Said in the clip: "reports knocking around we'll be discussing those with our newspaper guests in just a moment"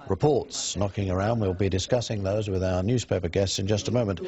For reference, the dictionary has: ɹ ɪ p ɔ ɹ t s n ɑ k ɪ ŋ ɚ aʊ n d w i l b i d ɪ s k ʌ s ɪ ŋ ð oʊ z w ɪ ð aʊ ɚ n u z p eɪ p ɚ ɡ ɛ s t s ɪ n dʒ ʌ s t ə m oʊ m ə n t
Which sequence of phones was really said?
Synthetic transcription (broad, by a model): ɹ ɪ p ɔ ɹ t s n ɑ k ɪ ŋ ɚ aʊ n d w i l b i d ɪ s k ʌ s ɪ ŋ ð oʊ z w ɪ ð aʊ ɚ n u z p eɪ p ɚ ɡ ɛ s t s ɪ n dʒ ʌ s t ə m oʊ m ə n t